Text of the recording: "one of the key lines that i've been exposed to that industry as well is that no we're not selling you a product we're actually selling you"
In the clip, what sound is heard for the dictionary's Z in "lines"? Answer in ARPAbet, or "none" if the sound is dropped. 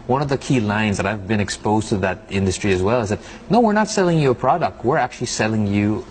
Z